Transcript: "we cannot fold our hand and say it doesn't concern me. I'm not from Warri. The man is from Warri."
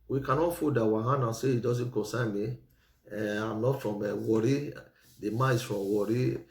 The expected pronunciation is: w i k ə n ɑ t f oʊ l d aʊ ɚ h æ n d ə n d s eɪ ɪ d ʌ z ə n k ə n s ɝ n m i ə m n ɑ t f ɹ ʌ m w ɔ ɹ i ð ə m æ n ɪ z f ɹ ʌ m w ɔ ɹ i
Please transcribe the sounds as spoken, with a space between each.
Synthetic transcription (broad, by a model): w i k ə n ɑ t f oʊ d aʊ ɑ h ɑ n ə s eɪ ɪ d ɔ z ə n k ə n s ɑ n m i ə m n ɑ t f ɹ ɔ m w ɔ ɹ i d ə m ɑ ɪ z f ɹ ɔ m w ɔ ɹ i